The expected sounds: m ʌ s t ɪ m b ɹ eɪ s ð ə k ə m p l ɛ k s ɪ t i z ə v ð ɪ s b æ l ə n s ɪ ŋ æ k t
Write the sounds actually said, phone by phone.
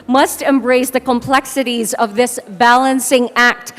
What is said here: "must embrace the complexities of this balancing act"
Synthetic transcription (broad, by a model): m ʌ s t ɪ m b ɹ eɪ s ð ə k ə m p l ɛ k s ɪ t i z ə v ð ɪ s b æ l ə n s ɪ ŋ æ k t